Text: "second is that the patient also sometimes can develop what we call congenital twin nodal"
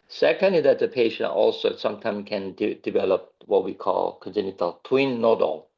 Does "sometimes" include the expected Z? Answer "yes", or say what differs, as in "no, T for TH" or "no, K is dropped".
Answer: no, Z is dropped